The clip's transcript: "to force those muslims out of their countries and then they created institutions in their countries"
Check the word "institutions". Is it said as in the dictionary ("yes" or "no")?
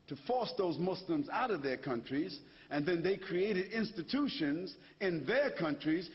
yes